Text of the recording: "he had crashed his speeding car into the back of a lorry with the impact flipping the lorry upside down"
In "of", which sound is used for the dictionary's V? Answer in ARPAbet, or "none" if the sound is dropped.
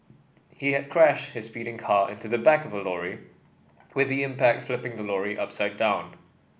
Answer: V